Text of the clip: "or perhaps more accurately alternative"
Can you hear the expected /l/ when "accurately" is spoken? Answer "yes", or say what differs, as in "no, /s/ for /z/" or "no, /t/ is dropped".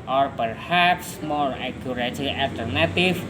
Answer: no, /l/ is dropped